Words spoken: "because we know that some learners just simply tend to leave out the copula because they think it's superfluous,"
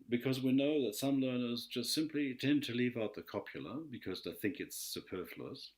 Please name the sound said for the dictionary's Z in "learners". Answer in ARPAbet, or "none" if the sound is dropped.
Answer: Z